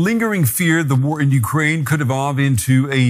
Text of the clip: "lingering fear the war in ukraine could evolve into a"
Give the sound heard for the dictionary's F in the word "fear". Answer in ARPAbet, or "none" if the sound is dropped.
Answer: F